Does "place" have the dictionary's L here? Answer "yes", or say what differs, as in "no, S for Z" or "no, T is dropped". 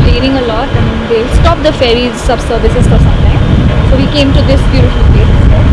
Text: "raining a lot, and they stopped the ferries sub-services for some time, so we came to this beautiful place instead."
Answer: no, L is dropped